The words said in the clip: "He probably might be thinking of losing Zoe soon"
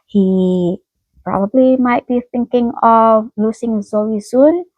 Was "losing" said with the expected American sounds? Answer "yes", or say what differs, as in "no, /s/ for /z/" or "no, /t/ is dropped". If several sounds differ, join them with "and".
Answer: no, /s/ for /z/